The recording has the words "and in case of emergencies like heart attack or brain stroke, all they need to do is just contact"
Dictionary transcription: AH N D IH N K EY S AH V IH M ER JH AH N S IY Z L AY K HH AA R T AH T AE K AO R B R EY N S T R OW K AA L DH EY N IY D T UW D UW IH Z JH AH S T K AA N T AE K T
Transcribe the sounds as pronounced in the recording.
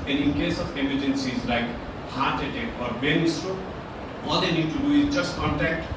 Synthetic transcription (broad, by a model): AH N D IH N K EY S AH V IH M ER JH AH N S IY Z L AY K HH AA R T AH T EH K AO R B EY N S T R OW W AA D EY N IY D T UW D UW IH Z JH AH S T K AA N T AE K T